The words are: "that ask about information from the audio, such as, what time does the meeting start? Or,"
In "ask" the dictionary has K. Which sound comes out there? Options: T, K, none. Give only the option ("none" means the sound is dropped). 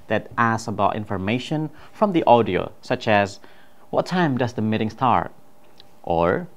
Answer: none